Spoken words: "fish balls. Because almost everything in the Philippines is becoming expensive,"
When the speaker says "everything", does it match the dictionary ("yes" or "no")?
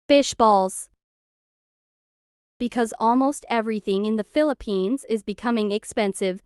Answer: yes